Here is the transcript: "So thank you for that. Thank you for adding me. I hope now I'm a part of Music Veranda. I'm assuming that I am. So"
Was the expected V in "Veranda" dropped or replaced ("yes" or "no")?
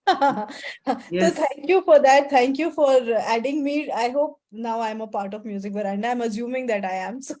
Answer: yes